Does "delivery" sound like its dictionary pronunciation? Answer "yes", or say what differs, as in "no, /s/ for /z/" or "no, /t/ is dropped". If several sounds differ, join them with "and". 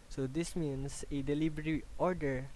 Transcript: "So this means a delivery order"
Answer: no, /b/ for /v/